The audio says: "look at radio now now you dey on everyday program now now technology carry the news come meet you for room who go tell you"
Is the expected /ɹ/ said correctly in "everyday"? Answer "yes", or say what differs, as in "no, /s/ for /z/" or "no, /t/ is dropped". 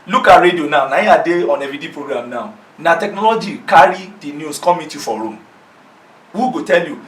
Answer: no, /ɹ/ is dropped